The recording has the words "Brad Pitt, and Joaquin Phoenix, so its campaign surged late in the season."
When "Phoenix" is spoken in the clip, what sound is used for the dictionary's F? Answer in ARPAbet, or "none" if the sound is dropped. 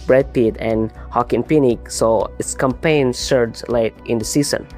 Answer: P